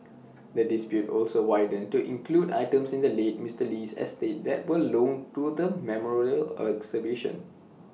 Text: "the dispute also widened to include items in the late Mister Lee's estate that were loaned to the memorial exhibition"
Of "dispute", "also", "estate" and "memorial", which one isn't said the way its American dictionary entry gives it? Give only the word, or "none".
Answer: none